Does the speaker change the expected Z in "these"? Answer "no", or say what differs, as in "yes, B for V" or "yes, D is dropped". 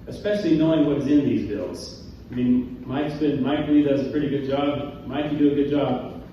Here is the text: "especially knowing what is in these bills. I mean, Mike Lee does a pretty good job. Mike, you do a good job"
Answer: no